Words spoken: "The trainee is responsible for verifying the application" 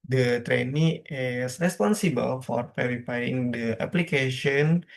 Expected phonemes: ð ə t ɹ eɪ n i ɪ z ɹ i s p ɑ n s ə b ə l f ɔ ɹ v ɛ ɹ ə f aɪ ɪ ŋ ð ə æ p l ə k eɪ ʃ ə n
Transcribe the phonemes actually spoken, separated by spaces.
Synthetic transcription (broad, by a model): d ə t ɹ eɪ n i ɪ s ɹ i s p ɑ n s ə b ə l f ɔ ɹ p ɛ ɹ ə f aɪ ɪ ŋ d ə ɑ p l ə k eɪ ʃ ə n